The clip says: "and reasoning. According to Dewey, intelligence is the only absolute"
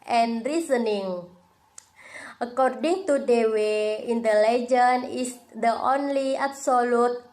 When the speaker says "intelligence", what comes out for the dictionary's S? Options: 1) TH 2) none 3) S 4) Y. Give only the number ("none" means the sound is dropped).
2